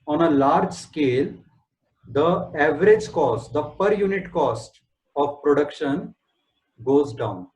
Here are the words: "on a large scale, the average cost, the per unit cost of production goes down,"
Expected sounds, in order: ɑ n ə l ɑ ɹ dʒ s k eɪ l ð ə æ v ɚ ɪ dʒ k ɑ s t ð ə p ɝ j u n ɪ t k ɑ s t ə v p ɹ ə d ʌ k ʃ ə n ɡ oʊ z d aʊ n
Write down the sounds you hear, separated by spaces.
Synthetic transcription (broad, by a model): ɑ n ə l ɑ ɹ dʒ s k eɪ l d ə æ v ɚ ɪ dʒ k ɑ s t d ə p ɝ j u n ɪ t k ɑ s t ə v p ɹ ə d ʌ k ʃ ə n ɡ oʊ z d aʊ n